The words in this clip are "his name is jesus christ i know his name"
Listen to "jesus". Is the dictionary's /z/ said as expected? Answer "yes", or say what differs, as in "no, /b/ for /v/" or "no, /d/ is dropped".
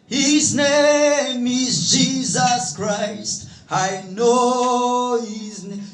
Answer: yes